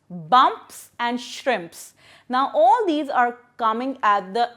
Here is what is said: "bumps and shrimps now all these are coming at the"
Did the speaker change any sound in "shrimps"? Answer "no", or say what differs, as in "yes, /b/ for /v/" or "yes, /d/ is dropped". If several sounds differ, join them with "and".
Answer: no